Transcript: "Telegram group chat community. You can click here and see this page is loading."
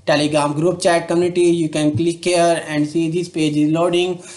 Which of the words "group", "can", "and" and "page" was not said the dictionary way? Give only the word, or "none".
none